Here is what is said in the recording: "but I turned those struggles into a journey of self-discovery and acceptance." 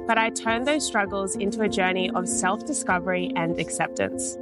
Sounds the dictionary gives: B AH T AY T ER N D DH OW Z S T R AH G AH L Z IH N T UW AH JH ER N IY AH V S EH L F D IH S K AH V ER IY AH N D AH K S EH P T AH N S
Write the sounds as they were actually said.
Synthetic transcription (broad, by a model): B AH T AY T ER N DH OW Z S T R AH G AH L Z IH N T UW AH JH ER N IY AH V S EH L F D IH S K AH V ER IY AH N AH K S EH P T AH N S